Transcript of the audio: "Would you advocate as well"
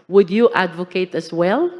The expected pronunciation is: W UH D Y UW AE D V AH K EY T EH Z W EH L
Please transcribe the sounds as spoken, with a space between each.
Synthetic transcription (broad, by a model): W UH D Y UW AE D V AH K EY T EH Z W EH L